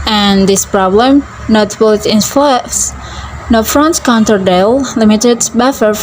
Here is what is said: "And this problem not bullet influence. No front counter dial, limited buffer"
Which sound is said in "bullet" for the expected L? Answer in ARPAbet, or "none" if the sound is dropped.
none